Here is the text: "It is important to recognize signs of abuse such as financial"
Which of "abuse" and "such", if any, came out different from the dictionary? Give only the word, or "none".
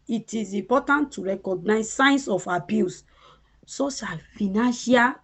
such